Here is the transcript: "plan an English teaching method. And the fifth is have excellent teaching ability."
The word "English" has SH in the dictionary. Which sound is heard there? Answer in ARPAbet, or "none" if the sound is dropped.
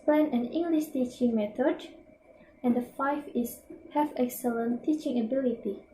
SH